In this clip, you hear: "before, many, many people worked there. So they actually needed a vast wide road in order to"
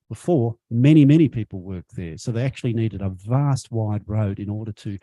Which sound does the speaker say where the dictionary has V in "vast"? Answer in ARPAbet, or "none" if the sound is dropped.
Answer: V